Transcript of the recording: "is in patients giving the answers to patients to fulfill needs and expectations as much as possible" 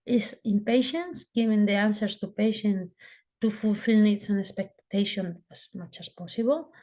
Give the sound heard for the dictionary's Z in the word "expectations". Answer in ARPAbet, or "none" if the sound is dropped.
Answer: none